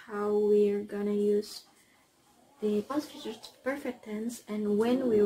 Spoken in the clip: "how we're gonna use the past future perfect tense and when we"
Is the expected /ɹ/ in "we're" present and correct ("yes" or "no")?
yes